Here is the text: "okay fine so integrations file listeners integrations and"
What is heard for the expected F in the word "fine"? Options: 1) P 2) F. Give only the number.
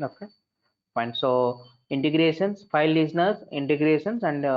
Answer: 1